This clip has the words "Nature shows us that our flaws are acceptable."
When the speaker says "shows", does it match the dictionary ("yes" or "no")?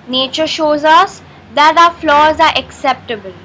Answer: yes